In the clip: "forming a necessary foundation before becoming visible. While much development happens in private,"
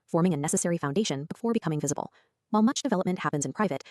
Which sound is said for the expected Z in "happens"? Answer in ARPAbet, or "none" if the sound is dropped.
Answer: Z